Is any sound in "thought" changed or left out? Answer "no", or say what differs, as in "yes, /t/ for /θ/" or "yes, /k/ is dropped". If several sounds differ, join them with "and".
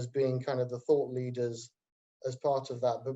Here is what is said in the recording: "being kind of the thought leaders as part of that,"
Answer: no